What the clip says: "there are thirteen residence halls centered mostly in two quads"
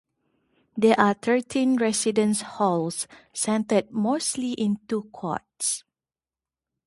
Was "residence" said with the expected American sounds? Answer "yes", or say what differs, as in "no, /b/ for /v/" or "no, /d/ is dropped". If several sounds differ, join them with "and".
no, /s/ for /z/